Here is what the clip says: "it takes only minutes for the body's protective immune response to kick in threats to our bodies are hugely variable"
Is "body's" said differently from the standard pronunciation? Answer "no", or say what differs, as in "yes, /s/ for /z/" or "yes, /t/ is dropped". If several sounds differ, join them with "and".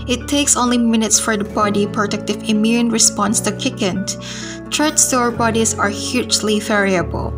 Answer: yes, /z/ is dropped